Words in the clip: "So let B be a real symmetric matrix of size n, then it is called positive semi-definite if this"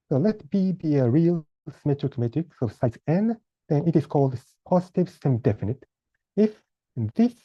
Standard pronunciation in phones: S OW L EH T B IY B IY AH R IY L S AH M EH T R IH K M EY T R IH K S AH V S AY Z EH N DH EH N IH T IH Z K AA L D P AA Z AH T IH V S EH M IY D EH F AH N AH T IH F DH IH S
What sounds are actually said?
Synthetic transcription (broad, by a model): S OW L EH T B IY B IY AH R IY L S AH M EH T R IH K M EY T IH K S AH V S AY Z EH N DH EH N IH T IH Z K AA L D P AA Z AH T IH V S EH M D EH F AH N AH T IH F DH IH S